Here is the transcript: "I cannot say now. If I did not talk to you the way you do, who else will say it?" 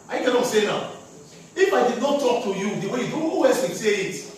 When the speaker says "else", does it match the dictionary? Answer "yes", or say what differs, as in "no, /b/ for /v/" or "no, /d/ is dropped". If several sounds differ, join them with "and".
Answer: no, /l/ is dropped